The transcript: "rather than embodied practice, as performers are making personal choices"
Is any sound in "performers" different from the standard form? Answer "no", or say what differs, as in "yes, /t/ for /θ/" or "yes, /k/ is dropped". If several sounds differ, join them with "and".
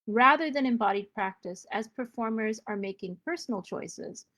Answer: no